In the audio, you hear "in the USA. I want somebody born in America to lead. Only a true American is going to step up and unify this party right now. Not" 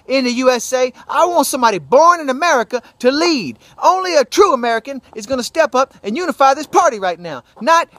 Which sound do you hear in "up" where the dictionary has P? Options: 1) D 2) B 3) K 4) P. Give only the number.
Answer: 4